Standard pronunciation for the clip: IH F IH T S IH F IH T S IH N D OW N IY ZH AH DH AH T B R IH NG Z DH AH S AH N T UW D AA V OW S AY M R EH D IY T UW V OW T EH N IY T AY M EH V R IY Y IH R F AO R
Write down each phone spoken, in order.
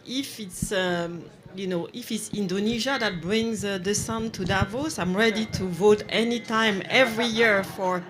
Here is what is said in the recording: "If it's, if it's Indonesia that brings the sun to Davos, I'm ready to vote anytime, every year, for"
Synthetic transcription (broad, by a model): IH F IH T S IH F IH T S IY N D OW N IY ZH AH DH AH T B R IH NG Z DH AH S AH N T UW D AA V OW S AY M R EH D IY T UW V OW T EH N IY T AY M EH V R IY Y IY R F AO R